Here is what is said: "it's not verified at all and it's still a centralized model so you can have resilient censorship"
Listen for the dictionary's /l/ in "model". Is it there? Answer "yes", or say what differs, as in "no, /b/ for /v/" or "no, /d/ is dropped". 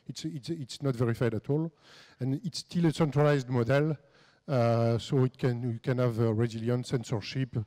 yes